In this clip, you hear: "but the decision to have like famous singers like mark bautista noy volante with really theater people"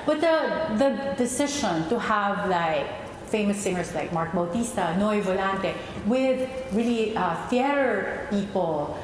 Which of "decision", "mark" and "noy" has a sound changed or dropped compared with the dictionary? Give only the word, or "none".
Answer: decision